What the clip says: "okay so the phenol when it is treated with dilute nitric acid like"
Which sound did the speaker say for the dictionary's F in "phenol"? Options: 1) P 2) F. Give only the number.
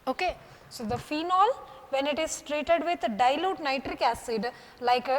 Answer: 2